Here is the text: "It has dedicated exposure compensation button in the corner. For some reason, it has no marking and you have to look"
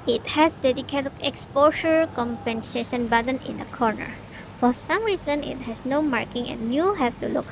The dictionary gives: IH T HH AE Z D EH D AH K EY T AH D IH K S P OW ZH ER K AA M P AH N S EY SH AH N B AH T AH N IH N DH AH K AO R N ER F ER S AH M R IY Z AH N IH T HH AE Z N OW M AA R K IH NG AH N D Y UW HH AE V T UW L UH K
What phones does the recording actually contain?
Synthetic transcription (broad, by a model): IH T HH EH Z D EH D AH K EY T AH K S P OW SH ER K AA M P AH N S EY SH AH N B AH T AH N IH N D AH K AO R N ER F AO S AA M R IY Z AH N IH T HH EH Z N OW M AA R K IH NG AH N Y UW HH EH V T UW L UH K